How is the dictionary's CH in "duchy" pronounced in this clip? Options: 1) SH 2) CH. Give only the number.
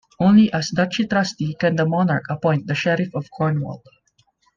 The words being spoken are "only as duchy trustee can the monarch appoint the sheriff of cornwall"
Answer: 2